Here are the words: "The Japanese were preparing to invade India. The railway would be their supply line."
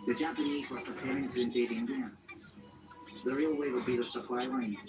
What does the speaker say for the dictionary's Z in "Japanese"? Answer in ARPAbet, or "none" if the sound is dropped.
Z